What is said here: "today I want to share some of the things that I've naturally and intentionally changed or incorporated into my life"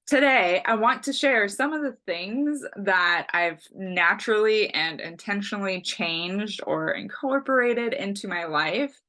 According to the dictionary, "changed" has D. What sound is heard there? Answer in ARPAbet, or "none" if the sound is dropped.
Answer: D